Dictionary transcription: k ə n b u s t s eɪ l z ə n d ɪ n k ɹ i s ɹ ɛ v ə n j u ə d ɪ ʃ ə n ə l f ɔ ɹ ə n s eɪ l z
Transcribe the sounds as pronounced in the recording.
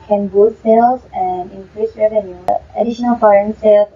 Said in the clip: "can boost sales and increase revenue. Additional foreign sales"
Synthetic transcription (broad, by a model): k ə n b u t s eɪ l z ə n d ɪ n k ɹ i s ɹ ɛ v ə n j u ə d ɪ ʃ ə n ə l f ɔ ɹ ə n s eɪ l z